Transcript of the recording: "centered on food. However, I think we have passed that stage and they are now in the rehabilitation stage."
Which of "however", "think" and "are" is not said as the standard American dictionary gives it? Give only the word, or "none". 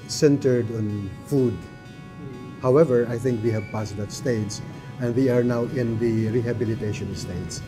none